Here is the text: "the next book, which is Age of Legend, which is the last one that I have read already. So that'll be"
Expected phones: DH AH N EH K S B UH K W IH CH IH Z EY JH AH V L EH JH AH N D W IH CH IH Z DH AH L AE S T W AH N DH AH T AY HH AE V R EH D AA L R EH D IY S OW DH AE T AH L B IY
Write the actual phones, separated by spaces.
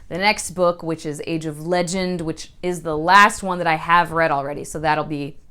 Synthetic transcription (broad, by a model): DH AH N EH K S B UH K W IH CH IH Z EY JH AH V L EH JH AH N D W IH CH IH Z DH AH L AE S T W AH N DH AH T AY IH V R EH D L R EH D IY S OW DH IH T L B IY